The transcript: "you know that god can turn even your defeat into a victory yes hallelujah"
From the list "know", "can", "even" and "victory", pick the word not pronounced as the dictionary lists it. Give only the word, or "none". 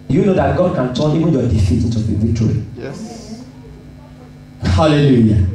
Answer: victory